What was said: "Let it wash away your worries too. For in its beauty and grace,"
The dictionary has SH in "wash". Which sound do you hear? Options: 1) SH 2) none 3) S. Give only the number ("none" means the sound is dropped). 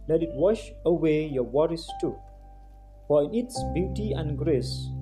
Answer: 1